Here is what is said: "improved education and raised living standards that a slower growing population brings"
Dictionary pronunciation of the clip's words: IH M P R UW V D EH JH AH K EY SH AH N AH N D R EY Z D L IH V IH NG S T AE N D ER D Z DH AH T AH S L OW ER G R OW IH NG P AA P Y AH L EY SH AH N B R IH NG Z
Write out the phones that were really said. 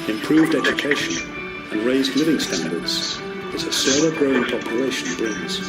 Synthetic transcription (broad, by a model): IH M P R UW V D EH JH AH K EY SH AH N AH N R EY Z D L IH V IH NG S T AE N D ER D Z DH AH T AH S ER G R OW IH NG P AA P Y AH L EY SH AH N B R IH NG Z